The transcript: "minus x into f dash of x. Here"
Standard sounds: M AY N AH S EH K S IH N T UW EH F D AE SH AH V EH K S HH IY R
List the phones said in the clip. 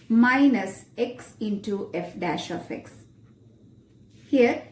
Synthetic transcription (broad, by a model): M AY N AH S EH K S IH N T UW EH F D AE SH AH F EH K S HH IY R